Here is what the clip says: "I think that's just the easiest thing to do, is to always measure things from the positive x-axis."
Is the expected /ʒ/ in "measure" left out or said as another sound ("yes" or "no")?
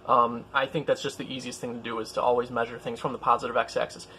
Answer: no